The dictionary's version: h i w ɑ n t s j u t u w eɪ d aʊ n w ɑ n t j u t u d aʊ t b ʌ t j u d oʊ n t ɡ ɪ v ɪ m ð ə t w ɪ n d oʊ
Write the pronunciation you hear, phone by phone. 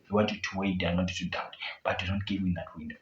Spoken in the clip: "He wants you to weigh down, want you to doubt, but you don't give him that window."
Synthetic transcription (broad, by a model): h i w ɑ n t j u t u w eɪ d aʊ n w ɑ n t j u t u d aʊ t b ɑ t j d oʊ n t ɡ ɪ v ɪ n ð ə t w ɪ n d oʊ